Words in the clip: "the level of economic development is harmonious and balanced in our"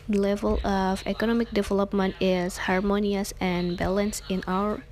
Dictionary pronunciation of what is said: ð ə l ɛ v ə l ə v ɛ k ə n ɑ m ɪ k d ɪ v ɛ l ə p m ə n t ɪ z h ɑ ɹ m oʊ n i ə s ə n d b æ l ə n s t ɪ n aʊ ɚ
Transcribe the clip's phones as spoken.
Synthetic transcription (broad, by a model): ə l ɛ v ə l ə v ɛ k ə n ɑ m ɪ k d ɪ v ɛ l ə p m ə n t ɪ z h ɑ ɹ m oʊ n i ə s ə n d b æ l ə n s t ɪ n aʊ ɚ